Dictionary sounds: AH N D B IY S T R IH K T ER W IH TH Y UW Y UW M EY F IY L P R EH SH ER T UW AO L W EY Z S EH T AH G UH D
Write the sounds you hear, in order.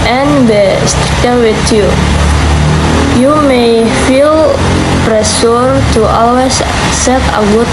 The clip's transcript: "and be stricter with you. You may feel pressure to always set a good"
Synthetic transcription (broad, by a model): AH N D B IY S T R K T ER W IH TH Y UW Y UW M EY F IY L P R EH S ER T UW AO L W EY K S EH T AH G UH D